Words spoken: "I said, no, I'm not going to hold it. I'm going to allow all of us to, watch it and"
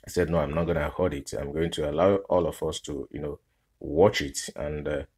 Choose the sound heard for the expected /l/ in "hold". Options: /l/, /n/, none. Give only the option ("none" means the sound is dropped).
none